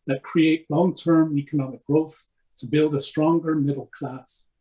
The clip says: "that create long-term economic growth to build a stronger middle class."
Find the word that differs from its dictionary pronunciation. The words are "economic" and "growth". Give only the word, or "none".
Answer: none